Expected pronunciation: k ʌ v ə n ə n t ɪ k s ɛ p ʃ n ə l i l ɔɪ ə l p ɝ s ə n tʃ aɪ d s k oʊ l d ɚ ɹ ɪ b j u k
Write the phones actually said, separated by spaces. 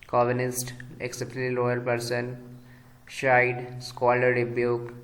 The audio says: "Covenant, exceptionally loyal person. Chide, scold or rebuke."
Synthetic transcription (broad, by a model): k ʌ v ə n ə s t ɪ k s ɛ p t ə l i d ɔɪ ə l p ɝ s ə n ʃ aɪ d s k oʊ l ɚ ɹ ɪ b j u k